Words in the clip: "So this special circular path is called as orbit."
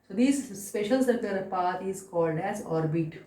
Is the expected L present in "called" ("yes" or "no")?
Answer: yes